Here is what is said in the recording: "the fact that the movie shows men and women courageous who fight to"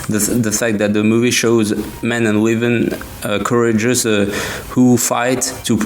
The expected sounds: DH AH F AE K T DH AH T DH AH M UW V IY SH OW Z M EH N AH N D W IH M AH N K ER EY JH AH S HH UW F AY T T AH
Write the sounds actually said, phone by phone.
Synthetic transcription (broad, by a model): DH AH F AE K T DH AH T DH AH M UW V IY SH OW Z M EH N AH N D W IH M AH N K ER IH JH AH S HH UW F AY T T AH